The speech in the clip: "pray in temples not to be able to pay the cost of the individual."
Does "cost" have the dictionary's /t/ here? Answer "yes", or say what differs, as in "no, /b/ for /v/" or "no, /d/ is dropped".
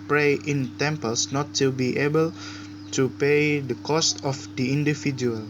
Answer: yes